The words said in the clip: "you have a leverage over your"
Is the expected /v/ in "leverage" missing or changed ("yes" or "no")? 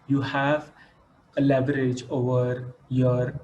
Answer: yes